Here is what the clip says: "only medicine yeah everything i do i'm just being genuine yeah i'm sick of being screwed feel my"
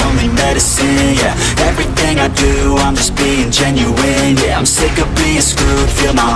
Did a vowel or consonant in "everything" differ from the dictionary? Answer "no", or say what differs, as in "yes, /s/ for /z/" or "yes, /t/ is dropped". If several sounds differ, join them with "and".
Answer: no